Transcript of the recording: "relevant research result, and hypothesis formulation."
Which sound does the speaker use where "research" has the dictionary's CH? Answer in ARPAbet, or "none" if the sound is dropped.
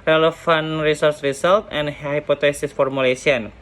S